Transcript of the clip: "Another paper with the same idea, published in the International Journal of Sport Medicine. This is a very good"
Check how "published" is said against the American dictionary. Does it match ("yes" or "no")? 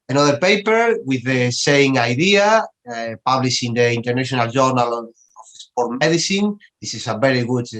no